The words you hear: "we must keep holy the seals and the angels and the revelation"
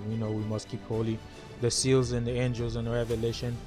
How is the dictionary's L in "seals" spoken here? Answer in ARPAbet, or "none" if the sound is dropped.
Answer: L